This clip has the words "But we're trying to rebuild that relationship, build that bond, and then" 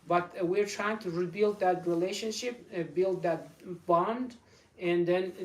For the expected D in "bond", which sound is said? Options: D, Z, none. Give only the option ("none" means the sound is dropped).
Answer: D